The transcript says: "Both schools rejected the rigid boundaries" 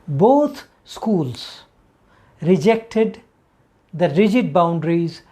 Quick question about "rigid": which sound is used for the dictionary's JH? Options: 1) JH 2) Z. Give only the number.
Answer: 1